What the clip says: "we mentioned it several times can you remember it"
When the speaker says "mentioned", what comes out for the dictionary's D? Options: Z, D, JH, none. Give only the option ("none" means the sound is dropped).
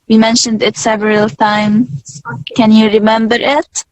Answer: D